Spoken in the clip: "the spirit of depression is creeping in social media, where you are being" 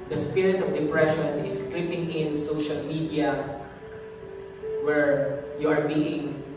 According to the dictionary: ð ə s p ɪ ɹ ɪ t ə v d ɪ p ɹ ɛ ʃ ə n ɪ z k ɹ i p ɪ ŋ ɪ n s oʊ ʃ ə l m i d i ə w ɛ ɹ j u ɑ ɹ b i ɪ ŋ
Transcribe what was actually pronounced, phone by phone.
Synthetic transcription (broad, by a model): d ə s p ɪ ɹ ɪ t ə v d ɪ p ɹ ɛ ʃ ə n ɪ s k l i p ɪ ŋ ɪ n s oʊ ʃ ə l m i d i ə w ɛ ɹ j u ɑ ɹ b i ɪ ŋ